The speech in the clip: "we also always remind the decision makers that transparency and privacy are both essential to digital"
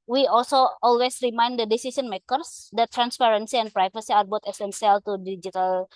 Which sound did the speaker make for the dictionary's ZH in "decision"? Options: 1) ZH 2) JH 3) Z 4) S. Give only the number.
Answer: 4